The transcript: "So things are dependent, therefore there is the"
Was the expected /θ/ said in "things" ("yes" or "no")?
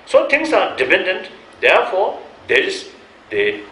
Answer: no